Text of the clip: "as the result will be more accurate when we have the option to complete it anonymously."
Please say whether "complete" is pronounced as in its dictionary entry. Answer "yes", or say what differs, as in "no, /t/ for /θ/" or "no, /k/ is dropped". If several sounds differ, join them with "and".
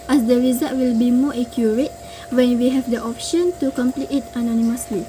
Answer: yes